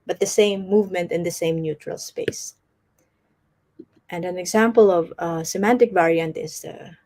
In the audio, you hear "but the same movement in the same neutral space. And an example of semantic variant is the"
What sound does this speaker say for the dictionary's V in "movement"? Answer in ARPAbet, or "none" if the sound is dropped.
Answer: V